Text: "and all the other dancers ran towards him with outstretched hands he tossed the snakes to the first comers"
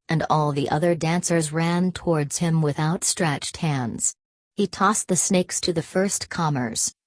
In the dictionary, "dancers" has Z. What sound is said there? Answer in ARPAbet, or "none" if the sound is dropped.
Z